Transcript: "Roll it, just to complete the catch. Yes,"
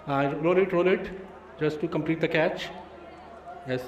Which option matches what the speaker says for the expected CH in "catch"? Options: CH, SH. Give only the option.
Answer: CH